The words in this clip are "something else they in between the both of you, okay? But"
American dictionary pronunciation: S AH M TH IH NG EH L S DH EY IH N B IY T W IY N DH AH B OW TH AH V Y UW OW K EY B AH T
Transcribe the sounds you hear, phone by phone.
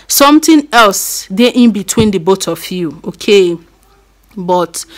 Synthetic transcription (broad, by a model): S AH M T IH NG EH L S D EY IH N B IY T W IY N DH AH B OW T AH F Y UW OW K EY B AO T